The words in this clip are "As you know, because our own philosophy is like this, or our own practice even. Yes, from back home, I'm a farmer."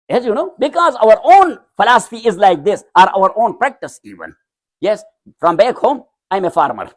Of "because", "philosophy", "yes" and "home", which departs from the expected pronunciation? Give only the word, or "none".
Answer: none